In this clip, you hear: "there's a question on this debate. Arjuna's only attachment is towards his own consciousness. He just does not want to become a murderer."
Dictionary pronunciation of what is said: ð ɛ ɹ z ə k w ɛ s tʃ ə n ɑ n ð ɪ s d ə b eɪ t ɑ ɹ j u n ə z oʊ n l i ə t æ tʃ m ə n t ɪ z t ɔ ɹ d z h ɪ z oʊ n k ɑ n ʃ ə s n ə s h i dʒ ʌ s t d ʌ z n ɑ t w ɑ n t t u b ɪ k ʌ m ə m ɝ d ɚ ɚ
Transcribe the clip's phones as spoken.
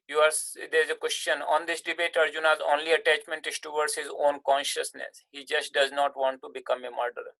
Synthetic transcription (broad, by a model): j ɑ ɹ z ə k w ɛ s tʃ ə n ɑ n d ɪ s d ə b eɪ t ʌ ɹ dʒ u n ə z oʊ n l i ə t æ tʃ m ə n t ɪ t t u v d s h ɪ z oʊ n k ɑ n ʃ ə s n ə s h i dʒ ʌ s t d ʌ z n ɑ t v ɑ n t t u b ɪ k ʌ m ə m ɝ d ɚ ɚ